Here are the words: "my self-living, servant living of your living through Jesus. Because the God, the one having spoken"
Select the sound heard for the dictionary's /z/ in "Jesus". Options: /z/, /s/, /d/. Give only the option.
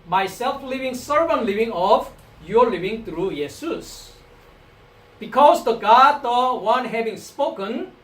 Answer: /s/